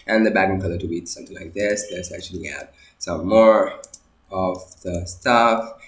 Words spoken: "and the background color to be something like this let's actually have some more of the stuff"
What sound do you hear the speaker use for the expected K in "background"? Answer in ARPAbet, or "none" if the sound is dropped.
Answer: none